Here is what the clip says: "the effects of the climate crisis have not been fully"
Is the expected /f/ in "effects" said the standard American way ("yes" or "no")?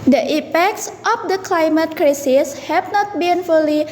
no